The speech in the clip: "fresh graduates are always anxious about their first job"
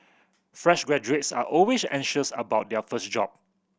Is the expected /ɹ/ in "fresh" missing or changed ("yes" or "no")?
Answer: no